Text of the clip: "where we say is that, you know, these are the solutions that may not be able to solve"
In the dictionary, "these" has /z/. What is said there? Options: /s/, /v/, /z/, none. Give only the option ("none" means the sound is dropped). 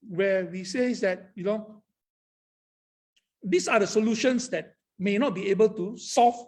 /s/